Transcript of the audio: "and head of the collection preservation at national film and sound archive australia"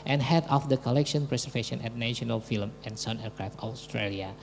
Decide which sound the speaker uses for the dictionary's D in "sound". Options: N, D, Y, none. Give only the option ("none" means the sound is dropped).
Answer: none